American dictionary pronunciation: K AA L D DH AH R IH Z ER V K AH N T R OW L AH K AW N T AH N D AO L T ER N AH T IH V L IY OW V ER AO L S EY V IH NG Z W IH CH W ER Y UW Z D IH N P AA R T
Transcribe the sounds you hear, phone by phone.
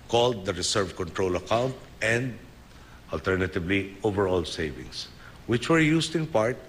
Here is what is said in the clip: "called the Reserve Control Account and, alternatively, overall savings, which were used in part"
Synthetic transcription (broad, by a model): K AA L D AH R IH S ER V K AH N T R OW L AH K AW N T AH N D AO L T ER N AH T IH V L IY OW V ER AO L S EY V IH NG S W IH CH W ER Y UW S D IH N P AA R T